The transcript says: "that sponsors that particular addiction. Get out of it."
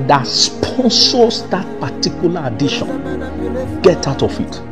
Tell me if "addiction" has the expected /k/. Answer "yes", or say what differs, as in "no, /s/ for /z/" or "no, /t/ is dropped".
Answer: no, /k/ is dropped